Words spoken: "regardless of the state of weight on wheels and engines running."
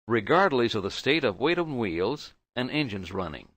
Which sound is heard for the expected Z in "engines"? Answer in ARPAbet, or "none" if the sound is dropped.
Z